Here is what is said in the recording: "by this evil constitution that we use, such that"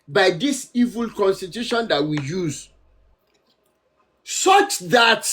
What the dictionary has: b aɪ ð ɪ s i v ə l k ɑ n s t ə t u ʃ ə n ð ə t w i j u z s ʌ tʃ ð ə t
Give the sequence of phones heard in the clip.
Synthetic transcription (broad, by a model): b aɪ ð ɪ s i v ə l k ɑ n s t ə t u ʃ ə n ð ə t w i j u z s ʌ tʃ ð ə t